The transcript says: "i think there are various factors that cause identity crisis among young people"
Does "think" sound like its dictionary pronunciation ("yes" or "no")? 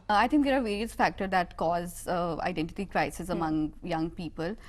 no